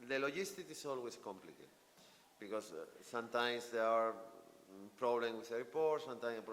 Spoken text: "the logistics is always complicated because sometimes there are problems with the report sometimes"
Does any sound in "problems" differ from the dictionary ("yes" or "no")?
yes